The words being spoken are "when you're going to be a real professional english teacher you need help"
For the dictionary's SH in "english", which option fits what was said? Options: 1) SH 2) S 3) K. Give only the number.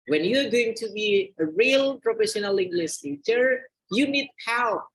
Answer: 2